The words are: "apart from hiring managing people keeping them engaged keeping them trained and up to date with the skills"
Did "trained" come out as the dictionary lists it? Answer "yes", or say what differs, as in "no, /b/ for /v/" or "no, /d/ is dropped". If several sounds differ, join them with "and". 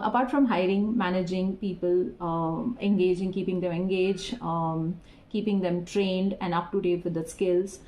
yes